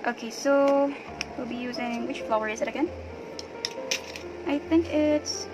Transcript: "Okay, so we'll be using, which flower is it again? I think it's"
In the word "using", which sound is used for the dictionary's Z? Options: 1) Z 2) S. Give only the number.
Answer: 1